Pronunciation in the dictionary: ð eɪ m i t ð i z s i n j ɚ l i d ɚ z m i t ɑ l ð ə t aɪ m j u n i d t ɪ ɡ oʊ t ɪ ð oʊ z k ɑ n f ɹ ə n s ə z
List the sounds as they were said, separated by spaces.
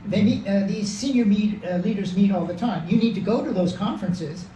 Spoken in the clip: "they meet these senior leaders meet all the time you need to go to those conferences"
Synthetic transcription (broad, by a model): ð eɪ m i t ð i z s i n j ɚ l i d ɚ z m i t ɑ l ð ə t aɪ m j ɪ n i d t ɪ ɡ oʊ t ɪ ð oʊ z k ɑ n f ɹ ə n s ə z